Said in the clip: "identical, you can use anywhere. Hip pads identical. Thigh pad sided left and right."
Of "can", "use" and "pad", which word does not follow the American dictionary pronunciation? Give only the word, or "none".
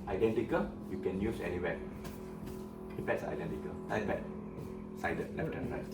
pad